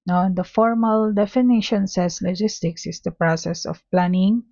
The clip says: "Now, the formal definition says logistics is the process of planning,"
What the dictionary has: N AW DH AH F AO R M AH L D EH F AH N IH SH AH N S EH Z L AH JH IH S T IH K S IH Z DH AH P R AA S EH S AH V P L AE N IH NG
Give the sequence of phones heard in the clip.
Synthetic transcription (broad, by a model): N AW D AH F AO R M AH L D EH F AH N IH SH AH N S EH S L AH JH IH S T IH K S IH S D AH P R AA S EH S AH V P L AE N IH NG